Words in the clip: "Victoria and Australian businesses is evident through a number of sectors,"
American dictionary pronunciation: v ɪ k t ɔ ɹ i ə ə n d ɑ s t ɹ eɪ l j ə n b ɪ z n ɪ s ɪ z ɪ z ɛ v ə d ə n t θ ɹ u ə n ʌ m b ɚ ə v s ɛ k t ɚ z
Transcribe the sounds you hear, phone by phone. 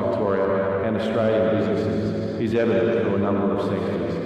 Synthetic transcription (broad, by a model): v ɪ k t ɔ ɹ i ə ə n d ɑ s t ɹ eɪ l j ə n b ɪ z n ɪ s ɪ z ɪ z ɛ v ə d ə n t f ɹ ə n ʌ m b ɚ ə v s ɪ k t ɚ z